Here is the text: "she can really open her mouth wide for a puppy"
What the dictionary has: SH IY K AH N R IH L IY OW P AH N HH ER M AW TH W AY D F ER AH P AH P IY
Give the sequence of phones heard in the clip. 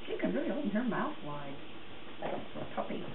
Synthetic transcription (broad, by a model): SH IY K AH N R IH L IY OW AH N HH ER M AW TH W AY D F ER AH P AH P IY